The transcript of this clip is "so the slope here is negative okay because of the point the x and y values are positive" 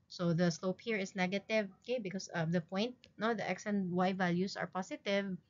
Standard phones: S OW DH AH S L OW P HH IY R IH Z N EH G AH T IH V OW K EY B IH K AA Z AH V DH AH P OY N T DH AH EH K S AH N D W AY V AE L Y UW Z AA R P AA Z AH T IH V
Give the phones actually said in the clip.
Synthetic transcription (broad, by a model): S OW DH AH S L OW P HH IY R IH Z N EH G AH T IH V OW K EY B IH K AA S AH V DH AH P OY N T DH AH EH K S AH N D W AY V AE L Y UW S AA R P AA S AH T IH V